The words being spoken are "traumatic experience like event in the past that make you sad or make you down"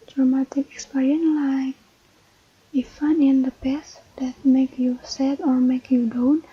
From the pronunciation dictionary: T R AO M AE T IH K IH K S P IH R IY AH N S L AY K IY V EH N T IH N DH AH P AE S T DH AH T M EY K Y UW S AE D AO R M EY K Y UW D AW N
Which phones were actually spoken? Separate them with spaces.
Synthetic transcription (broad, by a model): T R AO M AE T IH K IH K S P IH R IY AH N L AY K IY F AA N IH N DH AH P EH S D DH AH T M EY K Y UW S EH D AO R M EY K Y UW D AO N